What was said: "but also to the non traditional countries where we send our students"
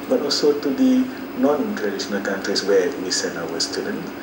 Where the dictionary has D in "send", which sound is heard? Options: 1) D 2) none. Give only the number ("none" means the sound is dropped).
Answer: 2